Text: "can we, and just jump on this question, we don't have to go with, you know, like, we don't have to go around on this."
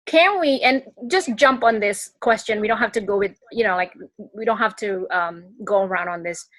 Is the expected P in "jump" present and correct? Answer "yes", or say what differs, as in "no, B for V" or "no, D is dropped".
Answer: yes